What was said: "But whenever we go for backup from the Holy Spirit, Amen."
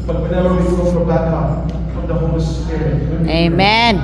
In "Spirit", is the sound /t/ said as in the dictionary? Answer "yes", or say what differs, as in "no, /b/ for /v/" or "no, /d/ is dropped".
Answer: no, /t/ is dropped